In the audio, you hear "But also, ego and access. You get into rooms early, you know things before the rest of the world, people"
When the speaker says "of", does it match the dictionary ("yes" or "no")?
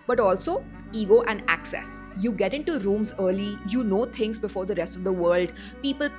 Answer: yes